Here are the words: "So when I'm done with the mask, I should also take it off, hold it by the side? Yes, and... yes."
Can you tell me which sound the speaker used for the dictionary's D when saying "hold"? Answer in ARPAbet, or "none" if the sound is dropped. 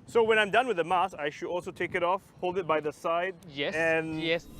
D